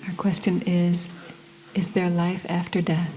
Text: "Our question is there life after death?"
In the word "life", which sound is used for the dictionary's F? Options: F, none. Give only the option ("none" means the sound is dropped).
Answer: F